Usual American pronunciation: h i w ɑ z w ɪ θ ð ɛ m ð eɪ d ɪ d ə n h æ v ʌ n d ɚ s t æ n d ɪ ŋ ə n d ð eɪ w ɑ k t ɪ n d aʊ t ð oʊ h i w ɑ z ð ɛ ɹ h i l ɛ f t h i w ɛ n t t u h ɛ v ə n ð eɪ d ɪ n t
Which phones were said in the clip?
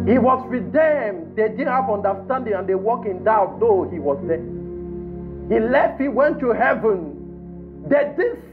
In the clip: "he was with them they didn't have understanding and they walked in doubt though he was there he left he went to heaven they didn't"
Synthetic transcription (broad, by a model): h i w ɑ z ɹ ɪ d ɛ m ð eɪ d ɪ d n h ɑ v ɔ n d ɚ s t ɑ n d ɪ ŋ ə n d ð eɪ w ɑ k ɪ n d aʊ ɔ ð oʊ h i w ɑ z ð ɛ h i l ɛ f t h i w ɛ n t t u h ɛ v ə n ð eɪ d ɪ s